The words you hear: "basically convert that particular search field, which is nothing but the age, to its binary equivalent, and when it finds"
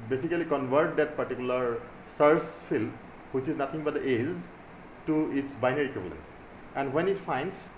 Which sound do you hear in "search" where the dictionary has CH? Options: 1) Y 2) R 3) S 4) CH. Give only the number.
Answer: 3